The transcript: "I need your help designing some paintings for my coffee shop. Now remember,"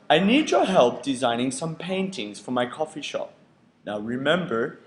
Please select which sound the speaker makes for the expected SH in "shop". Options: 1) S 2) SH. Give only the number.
2